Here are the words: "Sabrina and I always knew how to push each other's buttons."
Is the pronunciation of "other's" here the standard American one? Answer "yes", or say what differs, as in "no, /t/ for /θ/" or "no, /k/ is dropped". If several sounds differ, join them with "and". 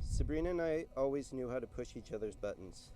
yes